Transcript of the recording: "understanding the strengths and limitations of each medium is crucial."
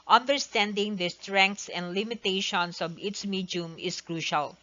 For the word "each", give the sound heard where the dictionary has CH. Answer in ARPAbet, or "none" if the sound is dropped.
S